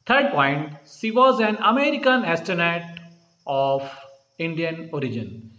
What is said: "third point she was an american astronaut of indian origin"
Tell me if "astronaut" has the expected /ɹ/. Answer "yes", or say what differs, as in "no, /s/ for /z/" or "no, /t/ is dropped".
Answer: no, /ɹ/ is dropped